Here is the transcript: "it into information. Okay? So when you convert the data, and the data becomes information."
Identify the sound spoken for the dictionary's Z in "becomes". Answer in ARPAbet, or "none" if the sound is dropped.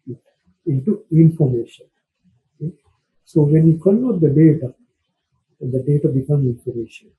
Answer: none